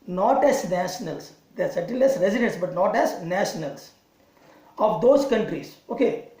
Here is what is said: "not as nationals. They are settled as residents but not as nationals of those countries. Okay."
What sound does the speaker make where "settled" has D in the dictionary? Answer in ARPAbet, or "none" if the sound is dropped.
none